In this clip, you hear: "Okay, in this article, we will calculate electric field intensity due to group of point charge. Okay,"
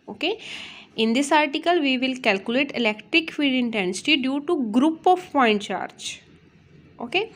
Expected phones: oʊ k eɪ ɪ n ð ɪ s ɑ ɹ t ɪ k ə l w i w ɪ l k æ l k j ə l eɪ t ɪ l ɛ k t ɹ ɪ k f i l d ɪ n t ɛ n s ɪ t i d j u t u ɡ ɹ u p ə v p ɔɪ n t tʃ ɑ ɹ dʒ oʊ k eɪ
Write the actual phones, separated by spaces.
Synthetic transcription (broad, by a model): oʊ k eɪ ɪ n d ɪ s ɑ ɹ t ɪ k ə l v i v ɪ l k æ l k j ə l eɪ t ɪ l ɛ k t ɹ ɪ k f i d ɪ n t ɛ n s ɪ t i d j u t u ɡ ɹ u p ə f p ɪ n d tʃ ɑ ɹ dʒ oʊ k eɪ